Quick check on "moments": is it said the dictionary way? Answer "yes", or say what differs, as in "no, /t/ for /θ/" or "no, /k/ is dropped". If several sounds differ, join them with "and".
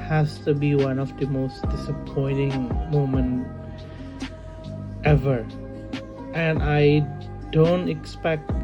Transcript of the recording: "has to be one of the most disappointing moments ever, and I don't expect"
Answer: no, /s/ is dropped